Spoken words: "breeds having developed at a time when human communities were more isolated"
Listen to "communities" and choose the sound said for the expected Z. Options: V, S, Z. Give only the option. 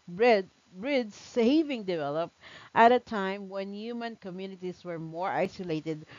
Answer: S